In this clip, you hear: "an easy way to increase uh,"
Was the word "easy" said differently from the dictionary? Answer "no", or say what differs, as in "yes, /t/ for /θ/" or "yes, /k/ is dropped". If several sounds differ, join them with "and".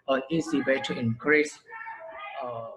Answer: yes, /s/ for /z/